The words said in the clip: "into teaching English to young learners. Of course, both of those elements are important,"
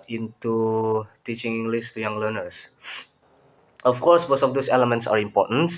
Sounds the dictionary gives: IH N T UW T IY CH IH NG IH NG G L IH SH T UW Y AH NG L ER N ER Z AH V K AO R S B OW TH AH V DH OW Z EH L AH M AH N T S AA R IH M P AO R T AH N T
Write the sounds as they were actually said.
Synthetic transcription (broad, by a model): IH N T UW T IY CH IH NG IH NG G L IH S T UW Y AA NG L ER N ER S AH F K AO R S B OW S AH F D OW S EH L AH M AH N T S AA R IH M P AO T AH N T